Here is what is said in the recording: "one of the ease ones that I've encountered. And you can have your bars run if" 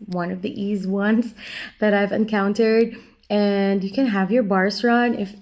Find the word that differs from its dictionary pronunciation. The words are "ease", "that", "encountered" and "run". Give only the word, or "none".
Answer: none